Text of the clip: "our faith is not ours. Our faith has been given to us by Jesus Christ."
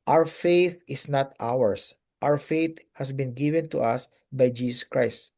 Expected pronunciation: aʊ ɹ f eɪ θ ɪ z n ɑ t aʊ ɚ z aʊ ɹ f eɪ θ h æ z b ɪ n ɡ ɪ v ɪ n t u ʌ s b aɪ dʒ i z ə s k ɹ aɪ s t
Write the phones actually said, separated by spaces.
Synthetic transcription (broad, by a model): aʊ ɹ f eɪ θ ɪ s n ɑ t aʊ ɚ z aʊ ɹ f eɪ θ h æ s b ɪ n ɡ ɪ v ɪ n t u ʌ s b aɪ dʒ i s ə s k ɹ aɪ s t